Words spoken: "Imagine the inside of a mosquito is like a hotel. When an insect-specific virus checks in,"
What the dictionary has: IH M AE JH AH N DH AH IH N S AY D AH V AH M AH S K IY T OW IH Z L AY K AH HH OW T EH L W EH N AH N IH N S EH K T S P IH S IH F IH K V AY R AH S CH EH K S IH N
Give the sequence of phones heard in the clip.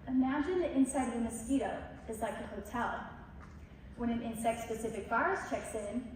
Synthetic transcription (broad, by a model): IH M AE JH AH N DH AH IH N S AY D AH V AH M AH S K IY T OW IH Z L AY K AH HH OW T EH L W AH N AH N IH N S EH K T S P IH S IH F IH K B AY R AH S CH EH K S IH N